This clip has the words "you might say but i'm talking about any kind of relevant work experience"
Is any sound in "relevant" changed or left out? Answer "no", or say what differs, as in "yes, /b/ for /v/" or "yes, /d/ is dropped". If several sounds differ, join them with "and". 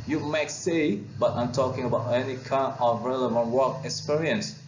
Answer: no